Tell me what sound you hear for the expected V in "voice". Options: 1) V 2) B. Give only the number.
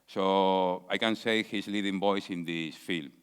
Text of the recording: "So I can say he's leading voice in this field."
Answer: 2